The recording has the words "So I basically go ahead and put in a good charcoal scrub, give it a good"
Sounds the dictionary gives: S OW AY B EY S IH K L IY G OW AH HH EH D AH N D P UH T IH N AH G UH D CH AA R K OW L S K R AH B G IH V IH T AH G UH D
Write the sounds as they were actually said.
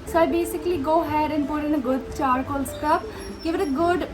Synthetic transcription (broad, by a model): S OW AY B EY S IH K L IY G OW HH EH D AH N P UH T IH N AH G UH D CH AA R K OW L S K AH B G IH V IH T AH G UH D